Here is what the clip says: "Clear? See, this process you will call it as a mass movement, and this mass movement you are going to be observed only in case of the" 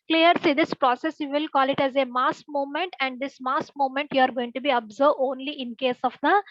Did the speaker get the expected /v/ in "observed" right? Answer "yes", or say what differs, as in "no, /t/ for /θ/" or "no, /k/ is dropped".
no, /v/ is dropped